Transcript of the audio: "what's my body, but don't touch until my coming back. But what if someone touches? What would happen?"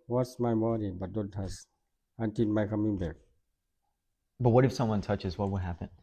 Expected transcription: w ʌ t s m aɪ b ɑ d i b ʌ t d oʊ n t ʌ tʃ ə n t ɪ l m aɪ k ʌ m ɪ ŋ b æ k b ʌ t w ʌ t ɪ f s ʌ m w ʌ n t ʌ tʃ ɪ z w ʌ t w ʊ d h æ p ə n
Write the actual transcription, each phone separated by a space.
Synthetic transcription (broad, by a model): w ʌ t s m aɪ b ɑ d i b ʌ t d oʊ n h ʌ s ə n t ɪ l m aɪ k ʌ m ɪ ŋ b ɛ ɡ b ʌ t w ʌ t ɪ f s ʌ m w ʌ n t ʌ tʃ ɪ z w ʌ t w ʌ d h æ p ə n